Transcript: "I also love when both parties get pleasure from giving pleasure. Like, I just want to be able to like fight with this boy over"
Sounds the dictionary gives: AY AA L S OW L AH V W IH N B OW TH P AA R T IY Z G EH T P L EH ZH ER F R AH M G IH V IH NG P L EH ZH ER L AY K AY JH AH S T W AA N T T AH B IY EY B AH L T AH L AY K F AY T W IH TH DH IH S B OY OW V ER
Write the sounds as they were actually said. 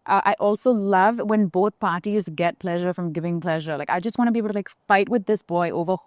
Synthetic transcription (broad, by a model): AY AA L S OW L AH V W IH N B OW TH P AA R T IY Z G EH T P L EH ZH ER F R AH M G IH V IH NG P L EH ZH ER L AY K AY JH AH S T W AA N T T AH B IY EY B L T AH L AY K F AY T W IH DH IH S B OY OW V ER